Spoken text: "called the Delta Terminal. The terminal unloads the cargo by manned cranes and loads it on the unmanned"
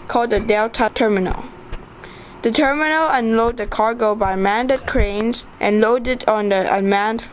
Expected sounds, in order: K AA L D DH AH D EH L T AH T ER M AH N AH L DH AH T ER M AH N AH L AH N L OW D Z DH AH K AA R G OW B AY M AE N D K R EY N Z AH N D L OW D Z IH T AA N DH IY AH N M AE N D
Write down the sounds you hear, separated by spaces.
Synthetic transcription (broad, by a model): K AA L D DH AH D EH L T AH T ER M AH N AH L DH AH T ER M AH N AH L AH N L OW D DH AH K AA R G OW B AY M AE N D K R EY N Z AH N L OW D IH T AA N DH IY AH M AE N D